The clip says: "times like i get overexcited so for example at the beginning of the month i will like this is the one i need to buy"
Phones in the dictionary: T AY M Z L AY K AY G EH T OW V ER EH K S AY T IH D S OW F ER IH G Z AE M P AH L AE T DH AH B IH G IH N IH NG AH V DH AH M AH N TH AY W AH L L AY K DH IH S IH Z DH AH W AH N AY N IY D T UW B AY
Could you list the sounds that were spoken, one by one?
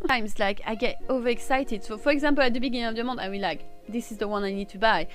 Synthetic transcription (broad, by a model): AY M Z L AY K AY G EH T OW V ER EH K S AY T IH D S OW F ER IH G Z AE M P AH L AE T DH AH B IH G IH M AH V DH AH M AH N AY W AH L L AY K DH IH S IH Z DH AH W AH N AY N IY D T UW B AY